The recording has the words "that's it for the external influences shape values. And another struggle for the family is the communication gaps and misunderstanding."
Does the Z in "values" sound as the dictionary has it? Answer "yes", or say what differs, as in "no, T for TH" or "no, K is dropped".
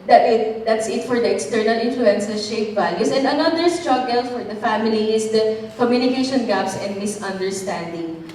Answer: no, S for Z